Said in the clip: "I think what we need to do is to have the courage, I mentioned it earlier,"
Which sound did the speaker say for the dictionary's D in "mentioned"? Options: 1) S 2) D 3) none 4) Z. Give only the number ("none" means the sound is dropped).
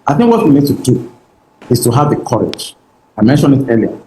3